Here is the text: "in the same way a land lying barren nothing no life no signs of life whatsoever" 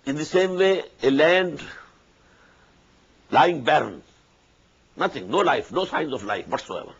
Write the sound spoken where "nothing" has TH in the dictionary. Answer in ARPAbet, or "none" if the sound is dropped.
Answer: T